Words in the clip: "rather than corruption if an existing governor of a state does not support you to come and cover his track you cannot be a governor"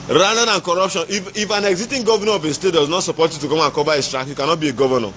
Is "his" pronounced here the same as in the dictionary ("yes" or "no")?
no